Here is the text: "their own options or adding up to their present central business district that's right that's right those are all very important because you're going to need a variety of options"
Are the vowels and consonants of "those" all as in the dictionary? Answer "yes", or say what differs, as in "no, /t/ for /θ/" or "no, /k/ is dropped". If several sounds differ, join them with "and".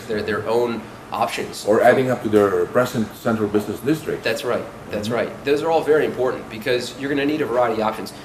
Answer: yes